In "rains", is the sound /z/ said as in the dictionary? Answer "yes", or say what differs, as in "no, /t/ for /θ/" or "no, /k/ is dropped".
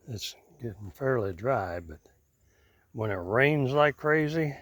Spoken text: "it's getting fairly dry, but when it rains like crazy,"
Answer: yes